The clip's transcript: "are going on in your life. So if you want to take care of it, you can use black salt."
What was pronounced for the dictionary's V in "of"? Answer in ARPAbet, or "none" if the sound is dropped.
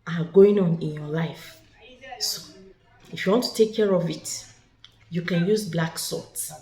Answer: V